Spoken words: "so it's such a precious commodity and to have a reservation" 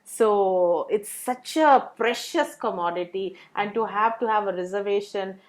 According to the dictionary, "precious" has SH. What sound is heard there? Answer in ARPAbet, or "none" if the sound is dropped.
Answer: SH